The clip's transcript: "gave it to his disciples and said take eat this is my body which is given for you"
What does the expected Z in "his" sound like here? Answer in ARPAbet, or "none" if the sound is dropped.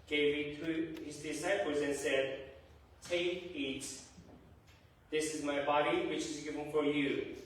Z